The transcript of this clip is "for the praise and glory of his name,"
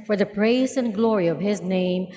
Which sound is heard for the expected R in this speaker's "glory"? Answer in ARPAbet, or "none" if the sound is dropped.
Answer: R